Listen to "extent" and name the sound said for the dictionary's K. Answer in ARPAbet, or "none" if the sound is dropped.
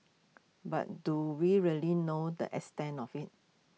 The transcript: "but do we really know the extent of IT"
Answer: none